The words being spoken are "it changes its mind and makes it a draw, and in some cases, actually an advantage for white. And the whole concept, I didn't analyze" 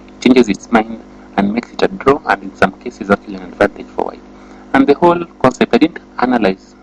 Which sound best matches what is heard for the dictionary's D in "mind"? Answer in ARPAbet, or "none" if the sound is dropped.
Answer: D